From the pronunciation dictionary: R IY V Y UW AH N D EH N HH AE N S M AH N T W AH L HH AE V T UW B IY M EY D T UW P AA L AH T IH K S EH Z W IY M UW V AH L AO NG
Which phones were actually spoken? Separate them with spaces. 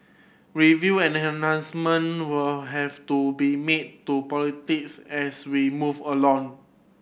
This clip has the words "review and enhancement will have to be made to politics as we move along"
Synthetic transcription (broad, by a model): R IY V Y UW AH N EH N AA N S M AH N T W AH L HH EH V T UW B IY M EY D T UW P AA L AH T IH K S EH S W IY M UW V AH L AO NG